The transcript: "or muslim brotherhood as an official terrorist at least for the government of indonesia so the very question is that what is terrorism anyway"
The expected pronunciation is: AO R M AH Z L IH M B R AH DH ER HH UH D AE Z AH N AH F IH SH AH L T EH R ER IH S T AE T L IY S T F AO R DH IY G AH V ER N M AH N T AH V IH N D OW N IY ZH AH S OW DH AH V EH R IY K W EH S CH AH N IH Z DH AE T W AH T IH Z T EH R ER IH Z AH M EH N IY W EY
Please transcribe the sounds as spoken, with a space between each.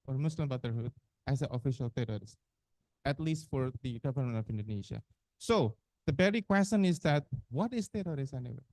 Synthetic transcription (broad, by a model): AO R M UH S L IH M B AH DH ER HH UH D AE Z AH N AH F IH SH AH L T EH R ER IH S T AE T L IY S T F AO R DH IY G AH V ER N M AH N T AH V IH N D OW N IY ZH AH S OW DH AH B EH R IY K W EH S CH AH N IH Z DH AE T W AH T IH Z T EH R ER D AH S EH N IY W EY